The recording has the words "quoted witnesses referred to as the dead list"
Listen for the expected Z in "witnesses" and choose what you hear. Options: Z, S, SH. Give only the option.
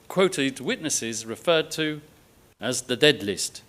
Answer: Z